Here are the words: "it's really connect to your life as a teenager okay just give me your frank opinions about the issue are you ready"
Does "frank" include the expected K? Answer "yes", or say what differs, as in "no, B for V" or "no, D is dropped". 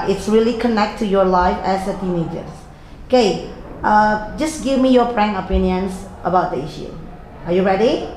no, K is dropped